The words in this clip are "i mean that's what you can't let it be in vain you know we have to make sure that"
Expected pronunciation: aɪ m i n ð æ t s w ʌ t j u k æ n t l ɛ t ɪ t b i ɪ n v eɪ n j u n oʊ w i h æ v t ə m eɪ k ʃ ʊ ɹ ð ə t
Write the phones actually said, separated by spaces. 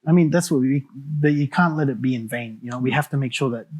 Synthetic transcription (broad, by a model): aɪ m i n ð æ t s w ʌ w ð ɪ k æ n t l ɛ t ɪ t b i ɪ n v eɪ n j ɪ n oʊ w i h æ f t ə m eɪ k ʃ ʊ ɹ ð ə t